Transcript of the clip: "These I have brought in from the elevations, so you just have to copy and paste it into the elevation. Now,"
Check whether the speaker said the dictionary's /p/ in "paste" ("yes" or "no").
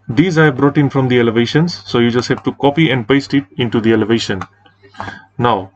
yes